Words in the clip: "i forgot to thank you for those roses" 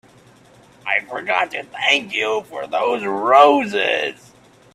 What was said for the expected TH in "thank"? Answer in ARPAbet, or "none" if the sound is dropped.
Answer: TH